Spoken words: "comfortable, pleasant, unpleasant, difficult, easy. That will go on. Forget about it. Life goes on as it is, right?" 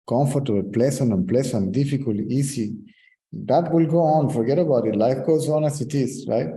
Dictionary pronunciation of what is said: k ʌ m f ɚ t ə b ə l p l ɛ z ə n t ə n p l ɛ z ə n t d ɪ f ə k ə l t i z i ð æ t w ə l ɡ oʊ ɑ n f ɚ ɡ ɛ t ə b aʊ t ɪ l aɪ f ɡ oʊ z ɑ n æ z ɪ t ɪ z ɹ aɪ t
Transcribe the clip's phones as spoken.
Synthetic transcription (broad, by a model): k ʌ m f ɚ t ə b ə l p l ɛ s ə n ə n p l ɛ s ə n d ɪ f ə k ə l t i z i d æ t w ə l ɡ oʊ ɑ n f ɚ ɡ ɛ t ə b aʊ t ɪ l aɪ f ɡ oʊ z ɑ n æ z ɪ t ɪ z ɹ aɪ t